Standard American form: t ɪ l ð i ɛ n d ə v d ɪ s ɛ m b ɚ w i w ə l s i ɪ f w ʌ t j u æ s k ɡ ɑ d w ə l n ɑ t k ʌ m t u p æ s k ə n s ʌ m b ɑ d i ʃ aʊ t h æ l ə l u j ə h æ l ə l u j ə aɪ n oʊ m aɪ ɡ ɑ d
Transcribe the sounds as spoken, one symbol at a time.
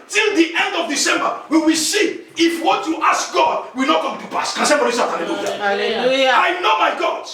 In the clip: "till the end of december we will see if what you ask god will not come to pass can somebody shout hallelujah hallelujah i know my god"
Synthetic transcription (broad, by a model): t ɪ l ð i ɛ n d ə v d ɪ s ɛ m b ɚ w i w ə l s i ɪ f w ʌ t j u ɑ s k ɡ ɑ d w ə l n ɑ t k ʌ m t u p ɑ s k ə n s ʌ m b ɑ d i s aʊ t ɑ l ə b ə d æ ə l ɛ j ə aɪ n oʊ m aɪ ɡ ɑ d